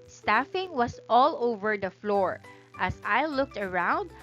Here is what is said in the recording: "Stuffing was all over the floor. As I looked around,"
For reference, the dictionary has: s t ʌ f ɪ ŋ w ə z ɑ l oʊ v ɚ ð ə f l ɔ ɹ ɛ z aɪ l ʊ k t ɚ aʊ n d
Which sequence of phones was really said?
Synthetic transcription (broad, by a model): s t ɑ f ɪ ŋ w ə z ɑ l oʊ v ɚ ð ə f l ɔ ɹ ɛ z aɪ l ʊ k t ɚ aʊ n d